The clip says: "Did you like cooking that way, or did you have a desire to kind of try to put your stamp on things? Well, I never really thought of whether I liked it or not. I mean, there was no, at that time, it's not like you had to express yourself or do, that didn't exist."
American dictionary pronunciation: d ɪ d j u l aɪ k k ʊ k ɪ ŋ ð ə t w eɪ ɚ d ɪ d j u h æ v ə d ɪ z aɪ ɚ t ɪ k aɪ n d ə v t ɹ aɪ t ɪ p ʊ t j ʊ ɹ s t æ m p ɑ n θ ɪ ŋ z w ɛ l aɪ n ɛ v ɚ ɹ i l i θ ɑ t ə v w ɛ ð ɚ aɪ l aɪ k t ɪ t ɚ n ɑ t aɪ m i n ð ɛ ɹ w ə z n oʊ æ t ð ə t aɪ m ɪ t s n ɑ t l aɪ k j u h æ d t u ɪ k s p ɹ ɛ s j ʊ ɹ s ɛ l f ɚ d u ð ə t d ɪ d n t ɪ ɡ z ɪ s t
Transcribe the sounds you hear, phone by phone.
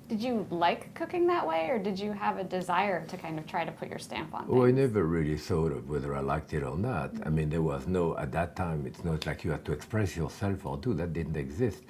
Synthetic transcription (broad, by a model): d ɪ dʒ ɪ l aɪ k k ʊ k ɪ ŋ ð ə t w eɪ ɚ d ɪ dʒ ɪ v ə d ɪ z aɪ ɚ t ɪ k aɪ n d ə v t ɹ aɪ t ɪ p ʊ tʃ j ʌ ɹ s t æ m p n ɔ aɪ n ɛ v ɚ ɹ i l i θ ɑ t ə v w ɛ ð ɚ aɪ l aɪ k t ɪ t ɚ n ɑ t aɪ m i n ð ɛ ɹ w ə z n oʊ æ t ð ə t aɪ m ɪ t s n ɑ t l aɪ k j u h æ d t u ɪ k s p ɹ ɛ s j ʊ ɹ s ɛ l f ɚ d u ð ə t d ɪ d n t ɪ ɡ z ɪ s t